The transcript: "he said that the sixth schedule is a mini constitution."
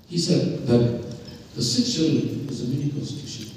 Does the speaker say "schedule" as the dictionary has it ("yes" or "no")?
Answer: no